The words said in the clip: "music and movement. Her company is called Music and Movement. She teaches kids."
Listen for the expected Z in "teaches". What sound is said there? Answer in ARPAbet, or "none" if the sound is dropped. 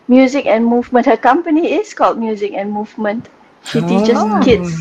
none